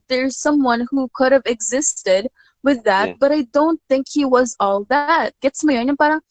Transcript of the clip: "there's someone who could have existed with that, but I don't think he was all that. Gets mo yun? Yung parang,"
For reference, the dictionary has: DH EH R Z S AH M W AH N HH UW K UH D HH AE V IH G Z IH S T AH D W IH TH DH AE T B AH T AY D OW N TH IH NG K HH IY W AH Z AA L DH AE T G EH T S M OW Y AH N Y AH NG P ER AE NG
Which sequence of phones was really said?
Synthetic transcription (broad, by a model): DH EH R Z S AH M W AH N HH UW K UH D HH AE V IH G Z IH S T AH D W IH DH AE T B AH T AY D OW N TH IH NG K HH IY W AH Z AA L DH AE T G EH T S M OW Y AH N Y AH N P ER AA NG